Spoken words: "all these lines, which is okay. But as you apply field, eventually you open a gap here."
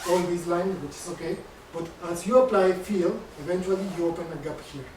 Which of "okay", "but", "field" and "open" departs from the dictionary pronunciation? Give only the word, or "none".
field